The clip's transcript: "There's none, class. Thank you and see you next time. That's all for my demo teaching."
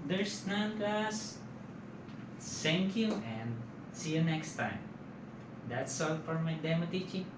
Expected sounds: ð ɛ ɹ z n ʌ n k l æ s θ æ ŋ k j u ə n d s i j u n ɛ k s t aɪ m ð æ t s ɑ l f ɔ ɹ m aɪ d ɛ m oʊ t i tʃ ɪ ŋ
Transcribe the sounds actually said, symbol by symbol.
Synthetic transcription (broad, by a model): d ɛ ɹ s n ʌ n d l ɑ s s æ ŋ k j u ə n d s i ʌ n ɛ k s t aɪ m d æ t s ɑ l f ɔ ɹ m aɪ d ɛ m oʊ t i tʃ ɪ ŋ